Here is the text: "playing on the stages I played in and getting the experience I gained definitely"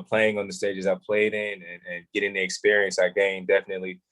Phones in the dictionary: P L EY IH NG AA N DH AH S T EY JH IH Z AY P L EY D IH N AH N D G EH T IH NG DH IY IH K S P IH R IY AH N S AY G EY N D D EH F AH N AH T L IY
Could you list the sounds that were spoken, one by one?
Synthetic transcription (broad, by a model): P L EY IH NG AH N DH AH S T EY JH IH Z AY P L EY D IH N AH N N G EH T IH NG DH IY IH K S P IH R IY AH N S AY G EY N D D EH F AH N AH T L IY